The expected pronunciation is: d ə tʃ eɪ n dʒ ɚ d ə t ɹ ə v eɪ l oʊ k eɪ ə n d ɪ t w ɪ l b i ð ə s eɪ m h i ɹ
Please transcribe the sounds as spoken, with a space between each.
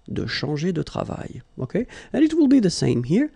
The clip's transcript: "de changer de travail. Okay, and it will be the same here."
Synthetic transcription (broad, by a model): d ə ʃ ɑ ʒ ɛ d ə t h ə v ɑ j oʊ k eɪ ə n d ɪ t w ɪ l b i ð ə s eɪ m h i ɹ